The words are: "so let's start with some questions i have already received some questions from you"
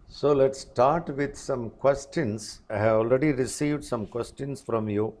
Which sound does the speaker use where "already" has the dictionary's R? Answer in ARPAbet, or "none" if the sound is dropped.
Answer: R